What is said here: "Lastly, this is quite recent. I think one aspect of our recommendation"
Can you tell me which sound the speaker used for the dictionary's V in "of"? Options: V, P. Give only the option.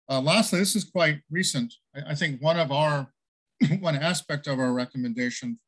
V